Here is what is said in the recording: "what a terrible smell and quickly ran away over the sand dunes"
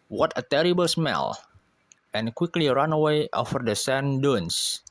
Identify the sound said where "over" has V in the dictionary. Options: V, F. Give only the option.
F